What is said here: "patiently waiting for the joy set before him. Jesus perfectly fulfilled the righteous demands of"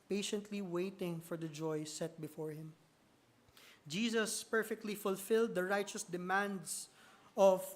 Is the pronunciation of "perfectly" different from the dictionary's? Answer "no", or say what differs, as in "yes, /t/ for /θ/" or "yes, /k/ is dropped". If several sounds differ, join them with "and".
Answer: no